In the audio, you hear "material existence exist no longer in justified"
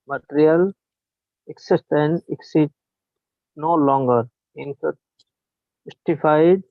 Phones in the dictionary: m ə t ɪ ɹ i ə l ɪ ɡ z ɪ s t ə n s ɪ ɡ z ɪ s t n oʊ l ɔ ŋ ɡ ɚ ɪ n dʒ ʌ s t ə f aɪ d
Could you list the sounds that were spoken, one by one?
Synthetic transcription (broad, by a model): m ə t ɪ ɹ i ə l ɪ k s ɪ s t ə n ɪ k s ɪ t n oʊ l ɔ ŋ ɡ ɚ ɪ n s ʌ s t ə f aɪ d